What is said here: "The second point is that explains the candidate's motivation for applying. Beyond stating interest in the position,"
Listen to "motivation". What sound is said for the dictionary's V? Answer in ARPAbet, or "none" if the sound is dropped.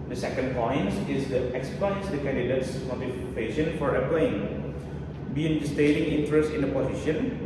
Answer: F